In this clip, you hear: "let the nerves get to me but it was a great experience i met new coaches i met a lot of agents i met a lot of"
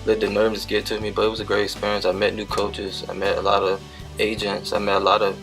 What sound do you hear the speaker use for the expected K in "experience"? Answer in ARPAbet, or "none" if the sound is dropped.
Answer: K